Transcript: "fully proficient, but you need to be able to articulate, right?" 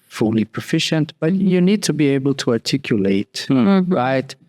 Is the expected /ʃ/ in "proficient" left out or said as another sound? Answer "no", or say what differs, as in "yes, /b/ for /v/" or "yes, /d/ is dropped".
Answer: no